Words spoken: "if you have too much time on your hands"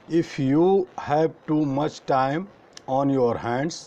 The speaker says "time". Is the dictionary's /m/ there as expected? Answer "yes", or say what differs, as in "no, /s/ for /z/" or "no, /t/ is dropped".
yes